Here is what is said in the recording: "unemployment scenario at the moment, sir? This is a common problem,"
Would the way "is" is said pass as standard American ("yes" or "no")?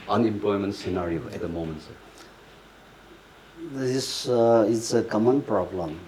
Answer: no